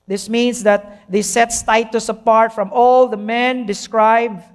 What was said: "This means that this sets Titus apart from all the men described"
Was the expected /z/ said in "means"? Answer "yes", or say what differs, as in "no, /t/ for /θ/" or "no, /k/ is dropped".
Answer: no, /s/ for /z/